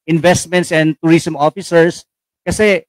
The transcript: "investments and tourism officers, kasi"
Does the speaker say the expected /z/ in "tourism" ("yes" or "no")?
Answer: no